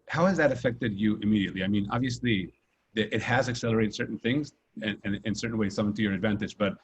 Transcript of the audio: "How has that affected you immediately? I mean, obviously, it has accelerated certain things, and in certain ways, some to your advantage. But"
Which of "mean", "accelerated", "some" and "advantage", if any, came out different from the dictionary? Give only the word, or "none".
none